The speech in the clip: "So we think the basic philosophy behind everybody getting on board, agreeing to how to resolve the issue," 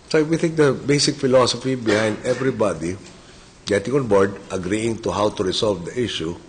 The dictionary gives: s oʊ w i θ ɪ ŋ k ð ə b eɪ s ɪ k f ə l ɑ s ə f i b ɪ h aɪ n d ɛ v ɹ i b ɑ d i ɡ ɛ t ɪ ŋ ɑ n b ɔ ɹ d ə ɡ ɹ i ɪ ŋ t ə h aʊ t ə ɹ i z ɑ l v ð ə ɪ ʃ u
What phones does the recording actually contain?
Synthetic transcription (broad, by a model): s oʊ w i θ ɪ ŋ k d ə b eɪ s ɪ k f ə l ɑ s ə f i b ɪ h aɪ n d ɛ v ɹ i b ɑ d i ɡ ɛ t ɪ ŋ ɑ n b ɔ ɹ d ə ɡ ɹ i ɪ ŋ t ə h aʊ t ə ɹ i s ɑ l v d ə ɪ ʃ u